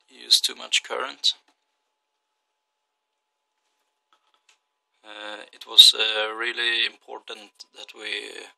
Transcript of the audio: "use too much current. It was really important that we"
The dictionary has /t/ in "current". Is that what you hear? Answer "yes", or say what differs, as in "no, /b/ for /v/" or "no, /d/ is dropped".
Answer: yes